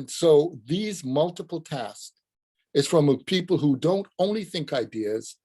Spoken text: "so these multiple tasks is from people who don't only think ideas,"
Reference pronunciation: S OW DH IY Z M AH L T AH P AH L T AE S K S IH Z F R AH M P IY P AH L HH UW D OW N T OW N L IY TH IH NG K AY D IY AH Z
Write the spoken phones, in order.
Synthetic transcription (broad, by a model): S OW DH IY Z M AH L T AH P L T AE S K IH Z F R AH M P IY P L HH UW D OW N T OW N L IY TH IH NG K AY D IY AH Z